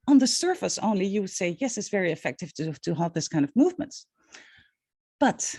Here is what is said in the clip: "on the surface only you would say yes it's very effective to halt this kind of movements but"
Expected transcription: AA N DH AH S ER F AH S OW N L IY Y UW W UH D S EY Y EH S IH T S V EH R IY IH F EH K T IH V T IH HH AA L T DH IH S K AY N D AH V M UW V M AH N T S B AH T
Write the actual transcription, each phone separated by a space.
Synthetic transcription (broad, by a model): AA N DH AH S ER F AH S OW N L IY Y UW W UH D S EY Y EH S IH T S V EH R IY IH F EH K T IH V T IH HH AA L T DH IH S K AY N D AH V M UW V M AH N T B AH T